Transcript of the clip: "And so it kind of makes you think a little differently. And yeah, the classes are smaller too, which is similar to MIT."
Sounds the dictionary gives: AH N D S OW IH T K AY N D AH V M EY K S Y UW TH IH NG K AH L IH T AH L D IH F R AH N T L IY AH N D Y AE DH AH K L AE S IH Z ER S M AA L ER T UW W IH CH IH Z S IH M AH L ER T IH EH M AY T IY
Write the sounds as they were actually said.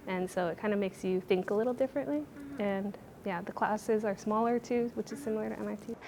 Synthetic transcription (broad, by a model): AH N S OW IH T K AY N D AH M EY K S Y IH TH IH NG K AH L IH T L D IH F R AH N T L IY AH N Y AE DH AH K L AE S IH Z ER S M AA L ER T UW W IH CH IH Z S IH M L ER T IH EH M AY T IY